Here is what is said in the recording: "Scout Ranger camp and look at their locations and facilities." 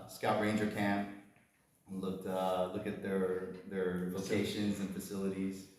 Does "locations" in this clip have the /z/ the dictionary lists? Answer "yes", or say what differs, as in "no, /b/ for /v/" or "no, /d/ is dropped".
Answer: yes